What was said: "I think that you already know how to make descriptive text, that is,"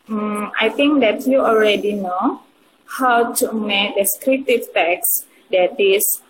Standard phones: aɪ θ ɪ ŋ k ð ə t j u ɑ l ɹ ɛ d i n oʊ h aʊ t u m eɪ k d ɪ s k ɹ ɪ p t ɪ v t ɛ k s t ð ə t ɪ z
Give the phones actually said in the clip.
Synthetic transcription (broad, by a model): aɪ t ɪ ŋ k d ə t j u ɑ l ɹ ɛ d i n oʊ h aʊ t u m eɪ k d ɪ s k ɹ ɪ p t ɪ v t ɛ k s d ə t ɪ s